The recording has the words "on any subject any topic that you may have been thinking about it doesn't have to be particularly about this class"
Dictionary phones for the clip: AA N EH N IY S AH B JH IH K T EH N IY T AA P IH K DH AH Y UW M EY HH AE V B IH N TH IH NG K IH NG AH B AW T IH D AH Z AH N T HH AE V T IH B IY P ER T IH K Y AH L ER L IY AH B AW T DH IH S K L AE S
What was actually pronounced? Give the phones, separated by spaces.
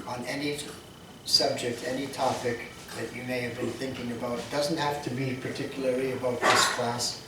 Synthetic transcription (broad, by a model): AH N EH N IY S AH B JH IH K T EH N IY T AA P IH K DH AH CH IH M EY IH V B IH N TH IH NG K IH NG AH B AW T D AH Z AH N T HH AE F T IH B IY P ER T IH K Y L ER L IY AH B AW T DH IH S K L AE S